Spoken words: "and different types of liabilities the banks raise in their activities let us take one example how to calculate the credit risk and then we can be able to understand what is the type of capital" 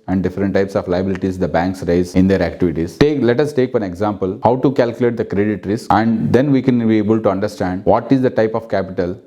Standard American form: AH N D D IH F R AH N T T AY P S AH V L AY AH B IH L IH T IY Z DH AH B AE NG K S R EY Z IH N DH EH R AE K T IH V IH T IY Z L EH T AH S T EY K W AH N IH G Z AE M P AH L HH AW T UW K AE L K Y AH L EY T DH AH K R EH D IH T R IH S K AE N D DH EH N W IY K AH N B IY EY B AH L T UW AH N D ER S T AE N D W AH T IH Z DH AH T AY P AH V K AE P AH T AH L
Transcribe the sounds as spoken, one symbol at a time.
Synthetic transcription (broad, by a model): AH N D D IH F R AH N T T AY P S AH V L AY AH B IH L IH T IY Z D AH B AE NG K S R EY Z IH N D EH R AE K T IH V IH T IY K L EH T AH S T EY K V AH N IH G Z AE M P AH L HH AW T UW K AE L K Y AH L EY T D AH K R EH D IH T R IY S AE N D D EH N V IY K AH N B IY EY B AH L T UW AH N D ER S T AE N D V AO T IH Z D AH T AY P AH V K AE P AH T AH L